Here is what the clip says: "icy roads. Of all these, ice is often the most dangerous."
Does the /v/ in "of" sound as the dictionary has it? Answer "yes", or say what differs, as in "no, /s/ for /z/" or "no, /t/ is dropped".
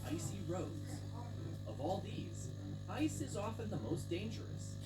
yes